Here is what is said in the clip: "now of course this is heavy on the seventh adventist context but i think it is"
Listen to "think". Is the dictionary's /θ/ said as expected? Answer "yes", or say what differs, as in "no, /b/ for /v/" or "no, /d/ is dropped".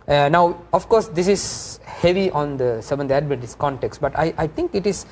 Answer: no, /t/ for /θ/